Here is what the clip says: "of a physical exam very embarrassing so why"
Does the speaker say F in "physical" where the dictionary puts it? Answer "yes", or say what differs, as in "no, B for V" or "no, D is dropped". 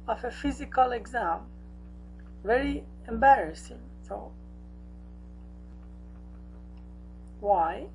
yes